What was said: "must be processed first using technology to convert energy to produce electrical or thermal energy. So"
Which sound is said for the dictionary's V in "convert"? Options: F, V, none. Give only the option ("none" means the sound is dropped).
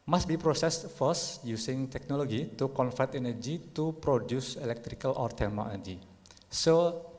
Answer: F